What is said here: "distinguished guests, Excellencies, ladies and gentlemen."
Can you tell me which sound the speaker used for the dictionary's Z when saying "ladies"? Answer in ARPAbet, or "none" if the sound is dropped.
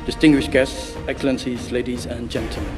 Z